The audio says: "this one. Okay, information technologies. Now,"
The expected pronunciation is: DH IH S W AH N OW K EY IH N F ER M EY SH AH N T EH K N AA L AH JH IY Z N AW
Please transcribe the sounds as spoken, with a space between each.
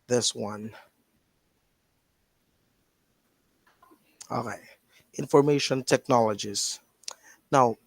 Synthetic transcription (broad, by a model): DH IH S W AH N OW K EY IH N F ER M EY SH AH N T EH K N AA L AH JH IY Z N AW